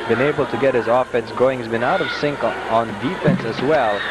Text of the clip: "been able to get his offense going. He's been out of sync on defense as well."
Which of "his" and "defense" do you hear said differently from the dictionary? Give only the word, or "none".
none